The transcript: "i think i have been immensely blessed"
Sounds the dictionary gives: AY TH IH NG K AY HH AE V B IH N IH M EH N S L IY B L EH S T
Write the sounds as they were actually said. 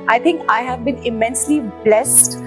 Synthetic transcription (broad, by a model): AY T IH NG K AY HH AE V B IH N IH M EH N S L IY B L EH S T